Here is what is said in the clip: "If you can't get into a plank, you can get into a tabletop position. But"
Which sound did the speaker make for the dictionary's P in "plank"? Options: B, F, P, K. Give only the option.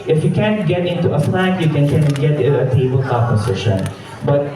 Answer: F